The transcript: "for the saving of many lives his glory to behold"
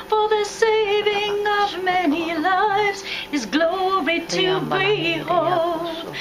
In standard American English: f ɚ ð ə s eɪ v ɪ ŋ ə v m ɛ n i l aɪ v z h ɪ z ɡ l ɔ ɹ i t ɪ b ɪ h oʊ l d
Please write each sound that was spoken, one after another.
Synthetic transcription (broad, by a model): f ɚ ð ə s eɪ v ɪ ŋ ə v m ɛ n i l aɪ v z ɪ z ɡ l ɔ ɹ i t ɪ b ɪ h oʊ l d